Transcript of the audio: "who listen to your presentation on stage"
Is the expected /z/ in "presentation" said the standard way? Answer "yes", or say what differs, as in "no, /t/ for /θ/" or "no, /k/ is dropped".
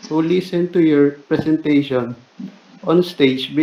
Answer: no, /s/ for /z/